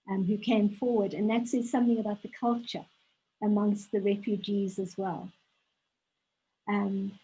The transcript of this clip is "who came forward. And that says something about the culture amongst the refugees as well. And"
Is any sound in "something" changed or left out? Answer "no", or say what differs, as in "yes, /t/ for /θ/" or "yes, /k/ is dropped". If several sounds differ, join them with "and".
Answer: no